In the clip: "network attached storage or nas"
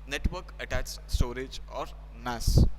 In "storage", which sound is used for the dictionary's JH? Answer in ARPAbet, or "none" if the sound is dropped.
JH